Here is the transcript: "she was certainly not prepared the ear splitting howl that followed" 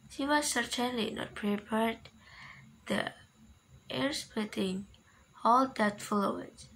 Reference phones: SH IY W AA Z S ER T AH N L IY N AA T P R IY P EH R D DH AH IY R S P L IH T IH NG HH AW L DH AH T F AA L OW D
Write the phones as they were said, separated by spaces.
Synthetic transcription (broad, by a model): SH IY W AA S ER T AH N L IY N AA T P R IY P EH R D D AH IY R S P IH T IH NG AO L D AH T F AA L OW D